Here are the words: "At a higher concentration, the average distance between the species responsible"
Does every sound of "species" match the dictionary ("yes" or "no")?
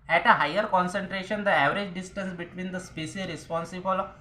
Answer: no